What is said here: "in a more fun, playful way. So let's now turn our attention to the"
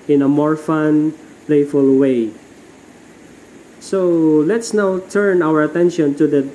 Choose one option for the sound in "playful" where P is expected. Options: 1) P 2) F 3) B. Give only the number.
1